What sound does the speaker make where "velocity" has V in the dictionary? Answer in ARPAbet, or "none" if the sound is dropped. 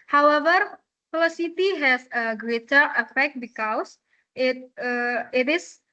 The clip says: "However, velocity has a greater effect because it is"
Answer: F